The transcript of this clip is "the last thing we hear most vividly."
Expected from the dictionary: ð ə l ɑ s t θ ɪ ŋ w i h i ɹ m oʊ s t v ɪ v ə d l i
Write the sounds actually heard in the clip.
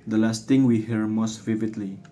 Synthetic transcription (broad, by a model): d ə l ɑ s t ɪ ŋ w i h i ɹ m oʊ s t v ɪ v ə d l i